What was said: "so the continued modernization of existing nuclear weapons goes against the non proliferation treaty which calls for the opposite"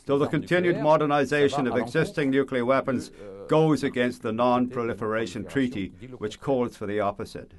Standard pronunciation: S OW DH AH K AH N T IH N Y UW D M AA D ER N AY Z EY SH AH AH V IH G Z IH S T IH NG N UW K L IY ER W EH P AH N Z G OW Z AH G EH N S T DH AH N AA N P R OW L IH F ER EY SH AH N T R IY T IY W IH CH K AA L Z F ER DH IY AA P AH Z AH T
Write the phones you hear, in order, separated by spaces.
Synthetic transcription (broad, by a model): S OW DH AH K AH N T IH N Y UW D M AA D ER N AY Z EY SH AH AH V IH G Z IH S T IH NG N UW K L IY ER W EH P AH N Z G OW Z AH G EH N S T DH AH N AA N P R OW L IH F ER EY SH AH N T R IY T IY W IH CH K AA L Z F ER DH IY AA P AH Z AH T